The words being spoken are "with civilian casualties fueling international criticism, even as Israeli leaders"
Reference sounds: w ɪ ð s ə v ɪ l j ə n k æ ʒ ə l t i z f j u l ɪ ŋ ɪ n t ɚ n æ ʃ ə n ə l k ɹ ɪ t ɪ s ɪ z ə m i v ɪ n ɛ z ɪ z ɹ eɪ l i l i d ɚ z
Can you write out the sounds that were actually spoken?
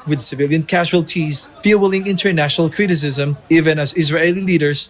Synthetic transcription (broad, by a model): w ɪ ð s ə v ɪ l j ə n k æ ʒ ə l t i z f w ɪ l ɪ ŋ ɪ n t ɚ n æ ʃ ə n ə l k ɹ ɪ t ɪ s ɪ z ə m i v ɪ n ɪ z ɪ z ɹ eɪ l i l i d ɚ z